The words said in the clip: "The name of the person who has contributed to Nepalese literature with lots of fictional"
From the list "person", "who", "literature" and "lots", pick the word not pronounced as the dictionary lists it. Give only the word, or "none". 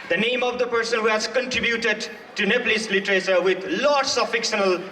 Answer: literature